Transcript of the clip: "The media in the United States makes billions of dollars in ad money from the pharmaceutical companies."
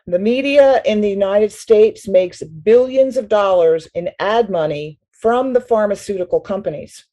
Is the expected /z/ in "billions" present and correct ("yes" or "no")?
yes